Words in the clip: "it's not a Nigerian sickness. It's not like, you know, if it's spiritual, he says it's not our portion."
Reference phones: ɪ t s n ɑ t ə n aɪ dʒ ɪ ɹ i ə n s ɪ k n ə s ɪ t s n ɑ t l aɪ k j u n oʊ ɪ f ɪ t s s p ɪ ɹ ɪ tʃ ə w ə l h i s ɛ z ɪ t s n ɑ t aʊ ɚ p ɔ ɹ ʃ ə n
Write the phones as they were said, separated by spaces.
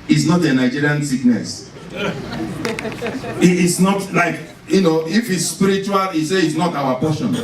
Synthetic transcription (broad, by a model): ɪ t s n ɑ t ə n aɪ dʒ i ɹ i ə n s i k n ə s ɪ t s n ɑ t l aɪ k j u n oʊ ɪ f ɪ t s s p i ɹ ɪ tʃ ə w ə l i s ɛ ɪ t s n ɑ t aʊ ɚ p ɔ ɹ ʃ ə n